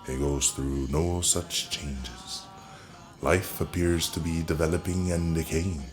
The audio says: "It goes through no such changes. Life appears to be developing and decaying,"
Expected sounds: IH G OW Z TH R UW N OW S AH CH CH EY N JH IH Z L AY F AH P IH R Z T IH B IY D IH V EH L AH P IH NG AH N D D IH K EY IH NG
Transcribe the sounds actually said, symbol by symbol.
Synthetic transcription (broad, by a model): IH G OW Z TH R UW N OW S AH CH CH EY N JH IH Z L AY F AH P IH R Z T IH B IY D IH V EH L AH P IH NG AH N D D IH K EY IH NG